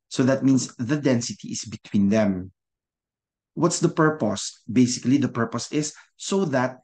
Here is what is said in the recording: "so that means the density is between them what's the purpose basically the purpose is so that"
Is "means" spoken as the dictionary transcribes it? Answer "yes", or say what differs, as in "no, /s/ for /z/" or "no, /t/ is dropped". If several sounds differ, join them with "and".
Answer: no, /s/ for /z/